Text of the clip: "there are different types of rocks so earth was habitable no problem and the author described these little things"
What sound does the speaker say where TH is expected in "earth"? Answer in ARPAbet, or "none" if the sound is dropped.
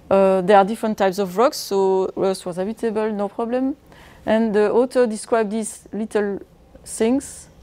S